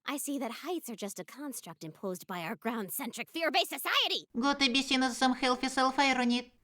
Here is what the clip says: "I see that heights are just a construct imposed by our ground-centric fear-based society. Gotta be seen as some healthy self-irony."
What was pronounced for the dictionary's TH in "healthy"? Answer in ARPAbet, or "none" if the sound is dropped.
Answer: F